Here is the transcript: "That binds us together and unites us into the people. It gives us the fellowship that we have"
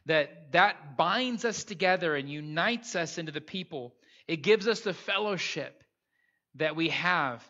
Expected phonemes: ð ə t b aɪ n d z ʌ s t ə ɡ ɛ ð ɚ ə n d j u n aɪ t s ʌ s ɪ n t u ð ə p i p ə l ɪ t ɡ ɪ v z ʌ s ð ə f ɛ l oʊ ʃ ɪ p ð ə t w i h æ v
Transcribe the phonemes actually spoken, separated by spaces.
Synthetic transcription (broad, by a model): ð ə t b aɪ n d z ʌ s t ə ɡ ɛ ð ɚ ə n j u n aɪ t s ʌ s ɪ n t u ð ə p i p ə l ɪ t ɡ ɪ v z ʌ s ð ə f ɛ l oʊ ʃ ɪ p ð ə t w i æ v